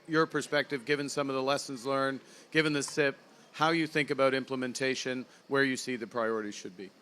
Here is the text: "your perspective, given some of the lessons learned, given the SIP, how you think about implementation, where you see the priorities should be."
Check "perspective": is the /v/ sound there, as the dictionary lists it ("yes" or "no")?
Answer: yes